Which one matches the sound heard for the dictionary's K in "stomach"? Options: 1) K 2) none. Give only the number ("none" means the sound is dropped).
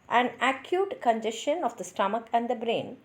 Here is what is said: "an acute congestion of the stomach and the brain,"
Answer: 1